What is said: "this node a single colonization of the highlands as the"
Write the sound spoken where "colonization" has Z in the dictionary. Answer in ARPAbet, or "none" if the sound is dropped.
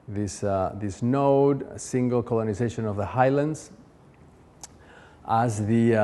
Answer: Z